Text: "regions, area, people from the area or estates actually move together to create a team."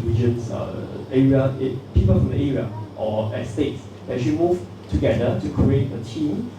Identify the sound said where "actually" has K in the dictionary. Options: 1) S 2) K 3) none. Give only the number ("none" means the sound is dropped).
3